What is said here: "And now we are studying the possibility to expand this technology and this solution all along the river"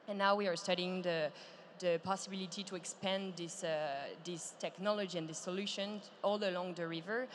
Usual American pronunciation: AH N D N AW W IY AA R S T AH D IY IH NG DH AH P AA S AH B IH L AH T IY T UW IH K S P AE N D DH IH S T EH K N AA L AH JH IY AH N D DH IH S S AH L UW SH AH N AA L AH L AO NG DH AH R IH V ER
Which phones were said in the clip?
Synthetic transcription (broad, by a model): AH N N AW W IY AA R S T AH D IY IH NG DH AH P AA S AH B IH L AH T IY T UW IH K S P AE N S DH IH S T EH K N AA L AH JH IY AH N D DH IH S S AH L UW SH AH N AA L AH L AO NG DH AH R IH V ER